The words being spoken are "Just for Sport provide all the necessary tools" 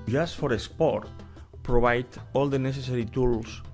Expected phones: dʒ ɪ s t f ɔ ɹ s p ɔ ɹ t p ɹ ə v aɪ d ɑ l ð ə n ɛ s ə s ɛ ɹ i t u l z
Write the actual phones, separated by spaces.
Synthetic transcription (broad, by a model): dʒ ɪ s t f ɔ ɹ s p ɔ ɹ t p ɹ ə b aɪ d ɑ l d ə n ɛ s ə s ɛ ɹ i t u l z